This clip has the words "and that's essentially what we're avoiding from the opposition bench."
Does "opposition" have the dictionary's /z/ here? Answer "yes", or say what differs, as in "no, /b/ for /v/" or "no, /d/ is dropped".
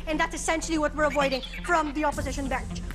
yes